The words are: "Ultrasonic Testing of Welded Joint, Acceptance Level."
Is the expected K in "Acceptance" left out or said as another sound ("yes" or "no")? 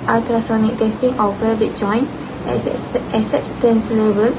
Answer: yes